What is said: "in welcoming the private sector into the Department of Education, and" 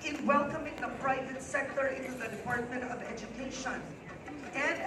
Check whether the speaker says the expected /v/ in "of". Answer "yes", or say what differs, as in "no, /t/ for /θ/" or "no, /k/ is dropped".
yes